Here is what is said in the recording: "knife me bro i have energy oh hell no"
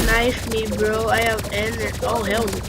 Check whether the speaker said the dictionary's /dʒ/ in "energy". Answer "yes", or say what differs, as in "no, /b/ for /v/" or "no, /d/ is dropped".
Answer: no, /dʒ/ is dropped